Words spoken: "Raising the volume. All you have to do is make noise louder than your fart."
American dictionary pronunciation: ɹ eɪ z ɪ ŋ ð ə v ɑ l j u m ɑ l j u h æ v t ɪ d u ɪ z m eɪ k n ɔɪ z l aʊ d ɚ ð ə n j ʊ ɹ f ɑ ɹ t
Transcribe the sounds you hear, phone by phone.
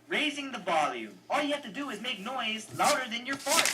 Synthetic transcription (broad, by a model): ɹ eɪ z ɪ ŋ ð ə v ɑ l j u m ɑ l j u h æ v t ɪ d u ɪ z m eɪ k n ɔɪ z l aʊ d ɚ ð ə n j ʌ ɹ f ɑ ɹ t